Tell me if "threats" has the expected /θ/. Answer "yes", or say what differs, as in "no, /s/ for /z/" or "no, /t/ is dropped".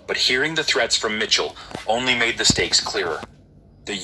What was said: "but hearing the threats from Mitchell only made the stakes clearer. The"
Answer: yes